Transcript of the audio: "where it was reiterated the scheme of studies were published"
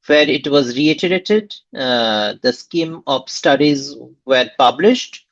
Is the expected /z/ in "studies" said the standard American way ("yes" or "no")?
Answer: yes